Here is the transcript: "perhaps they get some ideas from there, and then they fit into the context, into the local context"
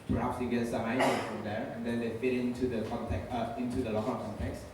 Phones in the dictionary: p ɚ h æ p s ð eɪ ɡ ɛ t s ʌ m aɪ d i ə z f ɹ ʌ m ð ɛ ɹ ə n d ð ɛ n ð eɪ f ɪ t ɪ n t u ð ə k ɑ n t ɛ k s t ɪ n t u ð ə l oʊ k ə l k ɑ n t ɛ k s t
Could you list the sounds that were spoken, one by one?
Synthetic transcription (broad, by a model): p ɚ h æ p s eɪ ɡ ɛ t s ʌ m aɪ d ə f ɹ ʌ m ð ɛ ɹ ə n d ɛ n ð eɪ f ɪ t ɪ n t u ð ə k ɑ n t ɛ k ɪ n t u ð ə l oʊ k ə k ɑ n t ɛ k s